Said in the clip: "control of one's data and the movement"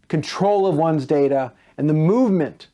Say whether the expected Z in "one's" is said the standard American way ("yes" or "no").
yes